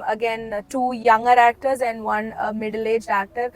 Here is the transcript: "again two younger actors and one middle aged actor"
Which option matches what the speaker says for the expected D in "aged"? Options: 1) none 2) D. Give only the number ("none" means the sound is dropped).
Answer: 1